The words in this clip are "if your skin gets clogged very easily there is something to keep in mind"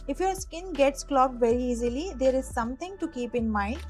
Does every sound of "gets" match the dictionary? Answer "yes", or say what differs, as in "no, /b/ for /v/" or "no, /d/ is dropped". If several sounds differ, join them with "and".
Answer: yes